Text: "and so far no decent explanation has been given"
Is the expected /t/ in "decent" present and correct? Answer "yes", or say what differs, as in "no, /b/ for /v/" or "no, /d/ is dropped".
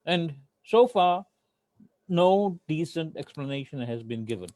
yes